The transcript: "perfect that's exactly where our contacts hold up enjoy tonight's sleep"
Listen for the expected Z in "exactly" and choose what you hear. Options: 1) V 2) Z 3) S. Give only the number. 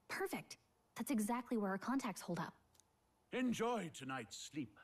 2